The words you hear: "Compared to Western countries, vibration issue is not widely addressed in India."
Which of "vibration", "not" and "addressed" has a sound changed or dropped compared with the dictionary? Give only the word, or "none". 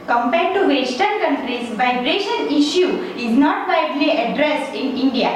none